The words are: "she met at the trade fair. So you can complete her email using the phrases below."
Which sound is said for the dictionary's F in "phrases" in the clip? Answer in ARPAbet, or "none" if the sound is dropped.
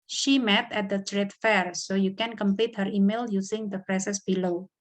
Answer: P